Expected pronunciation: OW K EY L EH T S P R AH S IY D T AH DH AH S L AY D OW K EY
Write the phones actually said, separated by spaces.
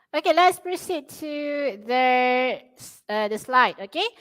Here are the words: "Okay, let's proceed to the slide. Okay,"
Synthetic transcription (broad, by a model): OW K EY L EH T S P R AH S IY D S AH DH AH S L AY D OW K EY